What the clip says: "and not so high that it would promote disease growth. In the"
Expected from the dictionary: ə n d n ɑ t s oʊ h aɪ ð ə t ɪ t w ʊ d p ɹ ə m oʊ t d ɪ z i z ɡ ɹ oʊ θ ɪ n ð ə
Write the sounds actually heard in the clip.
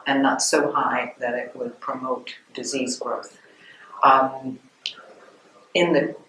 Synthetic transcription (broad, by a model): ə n n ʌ t s oʊ h aɪ ð ə t ɪ t w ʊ d p ɹ ə m oʊ t d ɪ z i z ɡ ɹ oʊ θ ɪ n ð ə